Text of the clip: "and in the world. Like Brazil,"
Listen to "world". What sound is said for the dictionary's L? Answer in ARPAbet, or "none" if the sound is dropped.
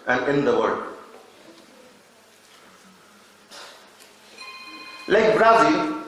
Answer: none